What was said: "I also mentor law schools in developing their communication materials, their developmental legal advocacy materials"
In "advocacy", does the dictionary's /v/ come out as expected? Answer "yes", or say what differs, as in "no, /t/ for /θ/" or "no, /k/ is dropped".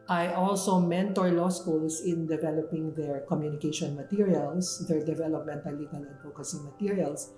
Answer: no, /f/ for /v/